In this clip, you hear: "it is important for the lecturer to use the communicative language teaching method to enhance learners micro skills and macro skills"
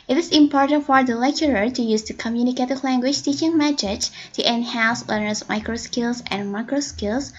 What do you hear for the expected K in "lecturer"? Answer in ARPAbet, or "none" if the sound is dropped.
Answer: K